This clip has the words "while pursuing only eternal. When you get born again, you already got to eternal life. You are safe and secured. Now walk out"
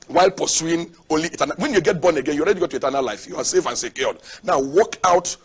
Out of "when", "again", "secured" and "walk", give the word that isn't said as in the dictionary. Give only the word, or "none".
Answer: secured